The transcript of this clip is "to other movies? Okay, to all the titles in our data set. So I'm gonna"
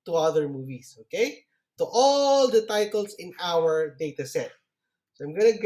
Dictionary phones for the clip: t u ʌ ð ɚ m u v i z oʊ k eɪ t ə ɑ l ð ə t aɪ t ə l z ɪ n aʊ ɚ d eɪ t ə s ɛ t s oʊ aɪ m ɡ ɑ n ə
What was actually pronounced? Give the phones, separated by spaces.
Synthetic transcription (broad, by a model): t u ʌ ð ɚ m u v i s oʊ k eɪ t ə ɑ l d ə t aɪ t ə l s ɪ n aʊ ɚ d eɪ t ə s ɛ t s oʊ aɪ m ɡ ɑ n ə